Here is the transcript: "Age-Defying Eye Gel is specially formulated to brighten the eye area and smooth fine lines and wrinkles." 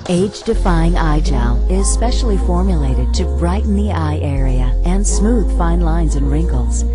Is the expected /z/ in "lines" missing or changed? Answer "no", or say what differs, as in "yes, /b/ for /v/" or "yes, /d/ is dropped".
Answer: no